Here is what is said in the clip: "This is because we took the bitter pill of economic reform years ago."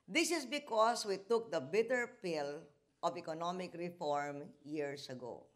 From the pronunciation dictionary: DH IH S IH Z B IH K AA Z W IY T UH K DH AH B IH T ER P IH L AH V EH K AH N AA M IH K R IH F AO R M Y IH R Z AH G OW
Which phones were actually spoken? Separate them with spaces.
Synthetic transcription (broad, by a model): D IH S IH S B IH K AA S W IY T UH K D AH B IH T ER P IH L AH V EH K AH N AA M IH K R IH F AO R M Y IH R S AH G OW